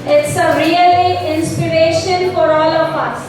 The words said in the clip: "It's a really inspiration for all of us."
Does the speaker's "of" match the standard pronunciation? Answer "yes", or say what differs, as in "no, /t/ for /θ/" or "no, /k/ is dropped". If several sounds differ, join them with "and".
no, /p/ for /v/